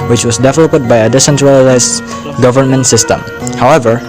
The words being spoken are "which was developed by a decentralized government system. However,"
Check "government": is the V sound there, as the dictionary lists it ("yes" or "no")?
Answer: yes